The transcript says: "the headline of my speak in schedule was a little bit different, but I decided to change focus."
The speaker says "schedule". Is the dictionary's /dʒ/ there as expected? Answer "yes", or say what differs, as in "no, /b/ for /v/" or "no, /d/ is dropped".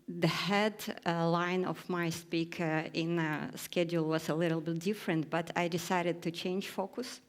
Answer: yes